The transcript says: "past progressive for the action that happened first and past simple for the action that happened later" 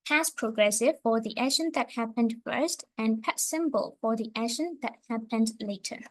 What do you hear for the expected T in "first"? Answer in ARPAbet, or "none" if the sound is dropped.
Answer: T